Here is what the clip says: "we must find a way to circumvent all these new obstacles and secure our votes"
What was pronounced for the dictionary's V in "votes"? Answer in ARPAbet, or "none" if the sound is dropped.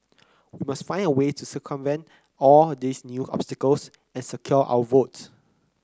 V